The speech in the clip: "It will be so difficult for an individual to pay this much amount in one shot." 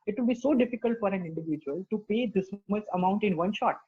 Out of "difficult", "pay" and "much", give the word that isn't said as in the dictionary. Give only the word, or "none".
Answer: much